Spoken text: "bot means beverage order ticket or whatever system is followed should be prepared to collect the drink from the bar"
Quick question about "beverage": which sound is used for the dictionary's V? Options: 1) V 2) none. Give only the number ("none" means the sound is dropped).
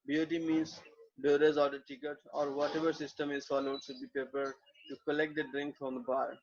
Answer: 2